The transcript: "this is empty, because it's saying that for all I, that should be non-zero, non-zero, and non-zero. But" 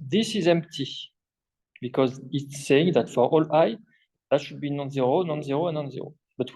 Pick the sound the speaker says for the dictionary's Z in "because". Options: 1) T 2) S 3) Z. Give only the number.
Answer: 3